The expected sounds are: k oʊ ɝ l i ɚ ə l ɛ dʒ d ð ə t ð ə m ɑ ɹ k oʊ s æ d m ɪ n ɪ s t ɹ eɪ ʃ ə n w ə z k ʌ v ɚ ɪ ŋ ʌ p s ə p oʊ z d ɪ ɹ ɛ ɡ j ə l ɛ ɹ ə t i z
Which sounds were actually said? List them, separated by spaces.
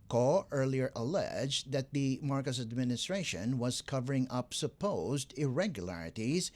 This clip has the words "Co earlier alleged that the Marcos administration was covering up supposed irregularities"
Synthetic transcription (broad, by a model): k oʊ ɝ l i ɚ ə l ɛ dʒ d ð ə t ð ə m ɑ ɹ k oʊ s æ d m ɪ n ɪ s t ɹ eɪ ʃ ə n w ə z k ʌ v ɚ ɪ ŋ ʌ p s ə p oʊ z d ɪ ɹ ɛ ɡ j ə l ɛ ɹ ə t i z